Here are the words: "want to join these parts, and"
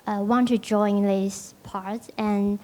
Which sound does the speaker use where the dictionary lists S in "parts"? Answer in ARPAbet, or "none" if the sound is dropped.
none